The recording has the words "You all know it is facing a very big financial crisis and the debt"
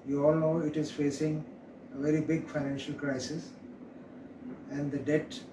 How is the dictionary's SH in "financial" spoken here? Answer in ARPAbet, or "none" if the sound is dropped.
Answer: SH